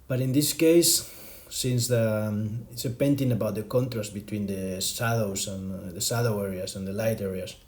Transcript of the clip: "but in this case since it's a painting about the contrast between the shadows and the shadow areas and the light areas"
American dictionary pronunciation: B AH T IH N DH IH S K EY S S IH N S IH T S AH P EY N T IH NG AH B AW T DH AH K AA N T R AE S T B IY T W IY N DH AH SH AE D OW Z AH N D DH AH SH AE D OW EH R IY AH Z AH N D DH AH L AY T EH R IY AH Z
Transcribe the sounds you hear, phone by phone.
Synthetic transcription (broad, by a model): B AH T IH N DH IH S K EY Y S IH N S IH T S AH P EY N T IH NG AH B AW T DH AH K AA N T R AE S T B IY T W IY N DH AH S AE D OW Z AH N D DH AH S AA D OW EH R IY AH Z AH N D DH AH L AY T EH R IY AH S